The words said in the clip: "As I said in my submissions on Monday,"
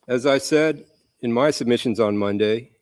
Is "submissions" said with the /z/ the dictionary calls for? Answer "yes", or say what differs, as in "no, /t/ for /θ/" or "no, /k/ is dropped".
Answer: yes